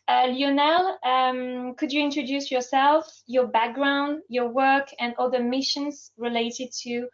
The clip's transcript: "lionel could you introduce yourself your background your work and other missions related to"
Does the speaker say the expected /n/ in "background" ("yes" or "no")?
yes